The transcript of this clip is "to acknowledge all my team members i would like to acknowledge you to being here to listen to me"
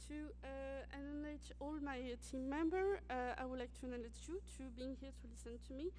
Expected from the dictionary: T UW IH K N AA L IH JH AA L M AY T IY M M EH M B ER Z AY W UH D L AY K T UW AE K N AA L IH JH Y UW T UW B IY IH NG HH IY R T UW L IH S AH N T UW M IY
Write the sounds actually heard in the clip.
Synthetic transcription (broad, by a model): T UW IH N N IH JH AA L M AY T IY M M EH M B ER AY W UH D L AY K T UW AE N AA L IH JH Y UW T UW B IY IH NG HH IY R T UW L IH S AH N T UW M IY